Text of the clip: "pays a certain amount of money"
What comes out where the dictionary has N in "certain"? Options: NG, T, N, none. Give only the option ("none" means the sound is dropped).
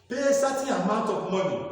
none